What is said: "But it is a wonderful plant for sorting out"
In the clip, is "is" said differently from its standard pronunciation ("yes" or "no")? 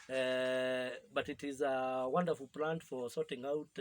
no